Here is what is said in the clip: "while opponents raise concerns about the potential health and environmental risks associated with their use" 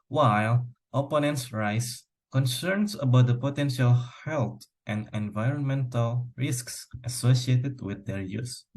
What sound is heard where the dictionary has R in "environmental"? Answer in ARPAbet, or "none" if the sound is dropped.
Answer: R